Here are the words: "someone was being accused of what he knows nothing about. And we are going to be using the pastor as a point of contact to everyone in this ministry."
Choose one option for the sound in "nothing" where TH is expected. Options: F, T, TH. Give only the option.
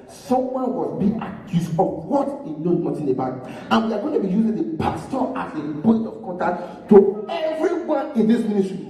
T